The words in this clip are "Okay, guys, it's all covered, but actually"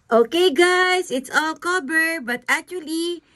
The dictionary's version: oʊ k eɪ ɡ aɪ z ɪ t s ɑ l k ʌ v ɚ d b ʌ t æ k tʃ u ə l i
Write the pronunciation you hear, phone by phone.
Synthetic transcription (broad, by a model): oʊ k eɪ ɡ aɪ s ɪ t s ɑ l k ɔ b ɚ b ʌ t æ k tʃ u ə l i